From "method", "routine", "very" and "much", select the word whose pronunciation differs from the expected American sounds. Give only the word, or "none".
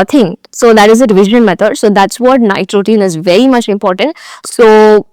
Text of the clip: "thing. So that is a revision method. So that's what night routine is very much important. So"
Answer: method